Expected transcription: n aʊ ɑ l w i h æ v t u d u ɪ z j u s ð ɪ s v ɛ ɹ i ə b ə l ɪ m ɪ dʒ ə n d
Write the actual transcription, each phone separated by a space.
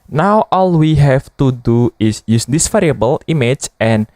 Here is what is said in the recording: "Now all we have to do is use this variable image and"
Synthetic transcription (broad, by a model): n aʊ ɑ l w i h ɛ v t u d u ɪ s j u s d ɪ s f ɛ ɹ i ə b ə l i m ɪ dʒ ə n